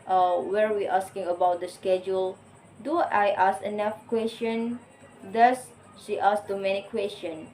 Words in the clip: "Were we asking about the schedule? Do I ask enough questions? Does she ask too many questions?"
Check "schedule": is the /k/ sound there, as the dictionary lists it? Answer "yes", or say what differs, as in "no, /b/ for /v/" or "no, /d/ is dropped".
yes